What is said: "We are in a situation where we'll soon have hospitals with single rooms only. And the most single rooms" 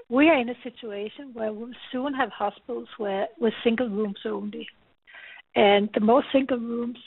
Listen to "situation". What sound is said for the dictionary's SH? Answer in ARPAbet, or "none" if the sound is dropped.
SH